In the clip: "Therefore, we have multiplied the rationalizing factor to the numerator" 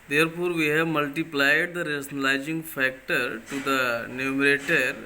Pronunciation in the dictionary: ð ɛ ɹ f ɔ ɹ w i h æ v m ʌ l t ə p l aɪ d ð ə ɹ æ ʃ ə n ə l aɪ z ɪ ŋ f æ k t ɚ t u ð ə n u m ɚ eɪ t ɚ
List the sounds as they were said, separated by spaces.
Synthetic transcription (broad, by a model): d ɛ ɹ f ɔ ɹ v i h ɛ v m ʌ l t ə p l aɪ d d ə ɹ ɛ s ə n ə l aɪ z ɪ ŋ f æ k t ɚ t u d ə n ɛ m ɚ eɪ t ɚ